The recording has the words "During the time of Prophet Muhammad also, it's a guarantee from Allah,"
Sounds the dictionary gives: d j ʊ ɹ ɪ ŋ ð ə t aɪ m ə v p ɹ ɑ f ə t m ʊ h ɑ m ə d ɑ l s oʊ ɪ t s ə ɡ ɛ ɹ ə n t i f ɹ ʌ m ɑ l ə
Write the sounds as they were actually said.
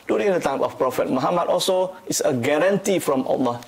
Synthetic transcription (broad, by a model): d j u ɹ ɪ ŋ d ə t aɪ m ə f p ɹ ɑ f ə t m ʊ h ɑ m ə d ɑ l s oʊ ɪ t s ə ɡ ɛ ɹ ə n t i f ɹ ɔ m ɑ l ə